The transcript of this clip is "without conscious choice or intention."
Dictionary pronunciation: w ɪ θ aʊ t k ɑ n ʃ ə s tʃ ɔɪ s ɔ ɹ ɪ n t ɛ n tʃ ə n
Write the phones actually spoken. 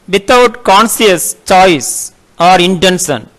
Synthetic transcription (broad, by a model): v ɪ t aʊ t k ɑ n s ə s tʃ ɔɪ s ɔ ɹ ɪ n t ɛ n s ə n